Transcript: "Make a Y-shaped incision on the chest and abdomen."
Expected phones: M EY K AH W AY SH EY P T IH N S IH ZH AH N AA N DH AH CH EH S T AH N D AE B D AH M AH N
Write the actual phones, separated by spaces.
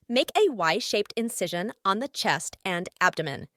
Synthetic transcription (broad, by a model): M EY K AH W AY SH EY P T IH N S IH ZH AH N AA N DH AH CH EH S T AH N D AE B D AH M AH N